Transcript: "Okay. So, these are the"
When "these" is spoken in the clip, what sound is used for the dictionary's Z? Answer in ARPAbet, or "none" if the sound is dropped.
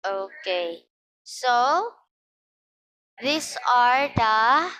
S